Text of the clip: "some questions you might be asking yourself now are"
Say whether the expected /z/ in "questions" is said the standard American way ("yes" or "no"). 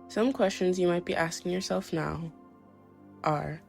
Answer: yes